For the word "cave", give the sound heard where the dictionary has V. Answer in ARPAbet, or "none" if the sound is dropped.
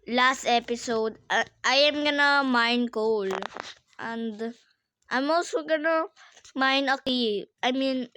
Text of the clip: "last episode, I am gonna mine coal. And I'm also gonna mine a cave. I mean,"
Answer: none